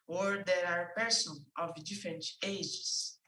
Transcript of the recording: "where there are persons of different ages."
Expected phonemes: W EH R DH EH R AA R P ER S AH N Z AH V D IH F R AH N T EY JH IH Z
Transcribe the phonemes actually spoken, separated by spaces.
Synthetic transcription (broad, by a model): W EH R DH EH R AA R P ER S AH N AH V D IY F R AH N T EY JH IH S